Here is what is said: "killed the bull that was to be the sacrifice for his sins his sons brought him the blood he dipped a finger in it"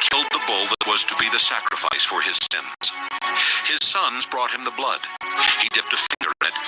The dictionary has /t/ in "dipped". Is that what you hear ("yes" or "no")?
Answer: yes